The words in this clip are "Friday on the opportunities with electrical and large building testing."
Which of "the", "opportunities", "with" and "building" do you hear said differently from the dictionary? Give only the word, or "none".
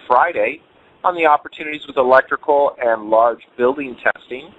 none